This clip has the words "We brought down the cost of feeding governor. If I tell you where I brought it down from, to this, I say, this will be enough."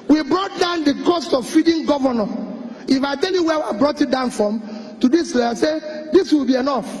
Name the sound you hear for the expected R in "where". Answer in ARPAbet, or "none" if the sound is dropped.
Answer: W